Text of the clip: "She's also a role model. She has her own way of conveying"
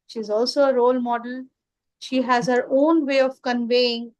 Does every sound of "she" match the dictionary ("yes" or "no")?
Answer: yes